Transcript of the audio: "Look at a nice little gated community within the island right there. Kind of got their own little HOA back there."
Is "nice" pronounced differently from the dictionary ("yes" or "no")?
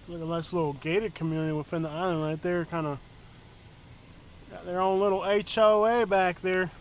yes